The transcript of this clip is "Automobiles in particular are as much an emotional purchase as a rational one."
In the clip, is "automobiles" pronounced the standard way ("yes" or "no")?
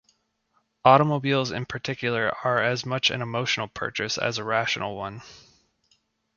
yes